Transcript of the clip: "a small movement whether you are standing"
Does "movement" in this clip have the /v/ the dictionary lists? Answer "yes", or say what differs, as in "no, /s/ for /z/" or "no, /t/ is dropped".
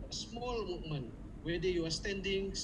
no, /v/ is dropped